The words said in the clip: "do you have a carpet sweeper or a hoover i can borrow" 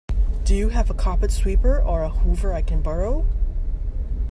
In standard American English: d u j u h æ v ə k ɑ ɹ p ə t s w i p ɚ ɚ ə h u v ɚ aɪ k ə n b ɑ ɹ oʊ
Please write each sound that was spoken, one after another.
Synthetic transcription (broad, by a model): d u j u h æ v ə k ɑ p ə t s w i p ɚ ɚ ə h u v ɚ aɪ k ə n b ɑ ɹ oʊ